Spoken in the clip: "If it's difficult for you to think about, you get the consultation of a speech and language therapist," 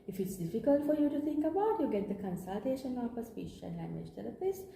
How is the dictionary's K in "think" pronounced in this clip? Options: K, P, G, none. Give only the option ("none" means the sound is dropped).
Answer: K